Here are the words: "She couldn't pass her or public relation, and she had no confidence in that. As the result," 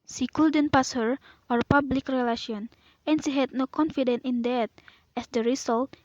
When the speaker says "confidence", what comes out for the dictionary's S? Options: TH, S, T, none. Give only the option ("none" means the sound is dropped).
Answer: none